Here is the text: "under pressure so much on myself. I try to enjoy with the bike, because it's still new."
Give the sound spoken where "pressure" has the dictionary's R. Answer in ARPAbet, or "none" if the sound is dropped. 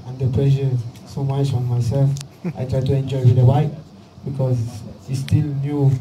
L